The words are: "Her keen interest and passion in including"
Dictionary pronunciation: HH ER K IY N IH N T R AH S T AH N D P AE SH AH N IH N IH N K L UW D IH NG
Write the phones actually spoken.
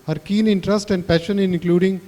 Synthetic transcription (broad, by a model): HH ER K IY N IH N T R AH S T AH N D P AE SH AH N IH N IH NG K L UW D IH NG